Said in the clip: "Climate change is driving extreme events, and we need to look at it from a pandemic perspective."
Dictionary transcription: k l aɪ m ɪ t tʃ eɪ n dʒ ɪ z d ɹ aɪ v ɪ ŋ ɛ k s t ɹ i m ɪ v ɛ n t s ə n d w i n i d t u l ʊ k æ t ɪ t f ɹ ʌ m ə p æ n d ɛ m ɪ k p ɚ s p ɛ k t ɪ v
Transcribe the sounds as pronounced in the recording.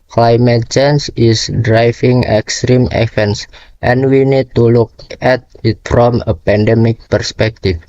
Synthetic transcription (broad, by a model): k l aɪ m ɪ t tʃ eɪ n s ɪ s d ɹ aɪ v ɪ ŋ ɛ k s t ɹ i m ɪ f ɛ n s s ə n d w i n i d t u l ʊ k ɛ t ɪ t f ɹ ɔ m ə p æ n d ɛ m ɪ k p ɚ s p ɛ k t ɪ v